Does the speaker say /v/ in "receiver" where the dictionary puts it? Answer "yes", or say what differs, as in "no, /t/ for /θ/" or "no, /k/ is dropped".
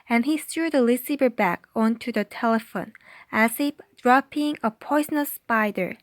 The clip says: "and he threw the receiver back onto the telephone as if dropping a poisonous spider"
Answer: no, /b/ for /v/